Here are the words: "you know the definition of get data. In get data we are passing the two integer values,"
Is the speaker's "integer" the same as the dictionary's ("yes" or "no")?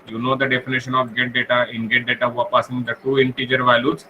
yes